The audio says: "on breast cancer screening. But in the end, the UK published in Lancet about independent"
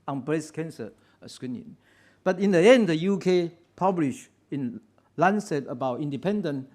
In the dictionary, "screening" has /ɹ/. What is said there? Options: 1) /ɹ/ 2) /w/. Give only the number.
2